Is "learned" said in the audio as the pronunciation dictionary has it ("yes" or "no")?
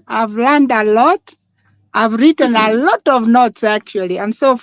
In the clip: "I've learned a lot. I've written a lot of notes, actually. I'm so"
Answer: yes